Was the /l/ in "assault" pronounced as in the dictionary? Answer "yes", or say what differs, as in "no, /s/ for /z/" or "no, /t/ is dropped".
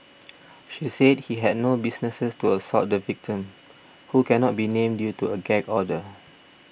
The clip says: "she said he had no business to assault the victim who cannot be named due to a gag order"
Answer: no, /l/ is dropped